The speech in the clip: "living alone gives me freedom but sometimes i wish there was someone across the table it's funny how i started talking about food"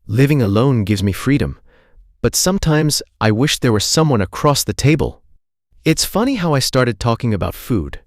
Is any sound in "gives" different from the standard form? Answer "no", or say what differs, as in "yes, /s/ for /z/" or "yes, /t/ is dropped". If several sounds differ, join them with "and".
no